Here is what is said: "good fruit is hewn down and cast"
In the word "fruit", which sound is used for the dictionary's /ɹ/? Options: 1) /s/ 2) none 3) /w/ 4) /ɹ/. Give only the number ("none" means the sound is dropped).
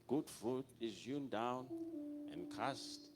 2